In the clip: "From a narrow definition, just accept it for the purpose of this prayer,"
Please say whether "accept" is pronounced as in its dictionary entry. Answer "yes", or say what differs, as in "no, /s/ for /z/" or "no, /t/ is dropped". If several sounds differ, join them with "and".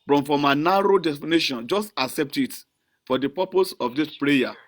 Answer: yes